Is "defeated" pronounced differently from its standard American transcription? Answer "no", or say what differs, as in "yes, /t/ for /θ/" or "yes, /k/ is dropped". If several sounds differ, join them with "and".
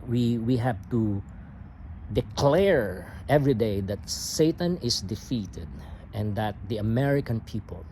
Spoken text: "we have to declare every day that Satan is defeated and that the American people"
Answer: no